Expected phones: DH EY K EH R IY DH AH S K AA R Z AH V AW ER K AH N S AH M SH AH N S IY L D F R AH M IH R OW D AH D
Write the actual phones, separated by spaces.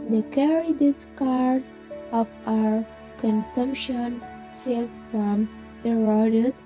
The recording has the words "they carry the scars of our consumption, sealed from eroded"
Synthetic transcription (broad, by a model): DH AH K EH R IY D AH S K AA R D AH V AW ER K AH N S AH M SH AH N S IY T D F R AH M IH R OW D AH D